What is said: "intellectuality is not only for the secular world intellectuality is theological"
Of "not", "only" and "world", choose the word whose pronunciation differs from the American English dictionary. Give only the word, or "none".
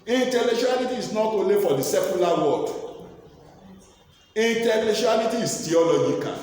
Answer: world